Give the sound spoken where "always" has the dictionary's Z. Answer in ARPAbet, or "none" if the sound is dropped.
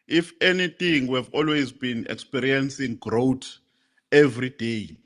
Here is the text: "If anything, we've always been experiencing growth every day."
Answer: Z